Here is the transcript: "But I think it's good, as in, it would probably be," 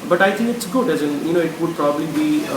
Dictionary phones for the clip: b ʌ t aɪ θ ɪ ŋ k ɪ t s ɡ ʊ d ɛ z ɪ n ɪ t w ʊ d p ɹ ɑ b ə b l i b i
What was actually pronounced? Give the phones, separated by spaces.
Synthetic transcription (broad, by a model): b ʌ t aɪ t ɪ ŋ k ɪ t s ɡ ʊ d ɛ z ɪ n ɪ t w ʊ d p ɹ ɑ b ə b l i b i